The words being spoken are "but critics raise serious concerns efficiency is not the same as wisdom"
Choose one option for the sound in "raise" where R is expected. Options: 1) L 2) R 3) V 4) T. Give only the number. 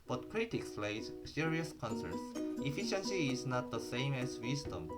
1